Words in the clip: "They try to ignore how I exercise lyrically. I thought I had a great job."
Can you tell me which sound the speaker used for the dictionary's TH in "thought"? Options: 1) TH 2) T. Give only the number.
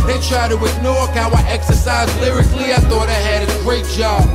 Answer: 1